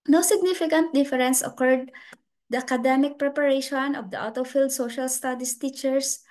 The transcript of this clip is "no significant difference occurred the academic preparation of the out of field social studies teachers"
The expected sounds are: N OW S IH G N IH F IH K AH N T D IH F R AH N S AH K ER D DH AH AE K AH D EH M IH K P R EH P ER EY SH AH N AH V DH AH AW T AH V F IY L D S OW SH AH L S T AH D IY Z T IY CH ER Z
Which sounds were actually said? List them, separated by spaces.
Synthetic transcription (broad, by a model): N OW S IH G N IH F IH K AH N T D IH F R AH N S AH K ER D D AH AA K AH D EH M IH K P R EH P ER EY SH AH N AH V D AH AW T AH F IY L D S OW SH AH L S T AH D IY S T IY CH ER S